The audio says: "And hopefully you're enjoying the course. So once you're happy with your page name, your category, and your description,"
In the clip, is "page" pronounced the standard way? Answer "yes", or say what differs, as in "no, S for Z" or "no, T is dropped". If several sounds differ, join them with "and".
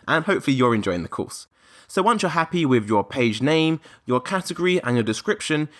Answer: yes